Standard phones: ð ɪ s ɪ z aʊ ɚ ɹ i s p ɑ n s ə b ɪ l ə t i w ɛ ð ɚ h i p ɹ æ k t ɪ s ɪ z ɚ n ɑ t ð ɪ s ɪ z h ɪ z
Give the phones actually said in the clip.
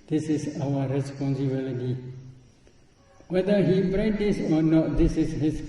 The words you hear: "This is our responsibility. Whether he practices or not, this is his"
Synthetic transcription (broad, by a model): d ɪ s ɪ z aʊ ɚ ɹ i s p ɑ n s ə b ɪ l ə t i w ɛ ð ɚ h i b ɹ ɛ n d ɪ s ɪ n ɑ t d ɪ s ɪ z h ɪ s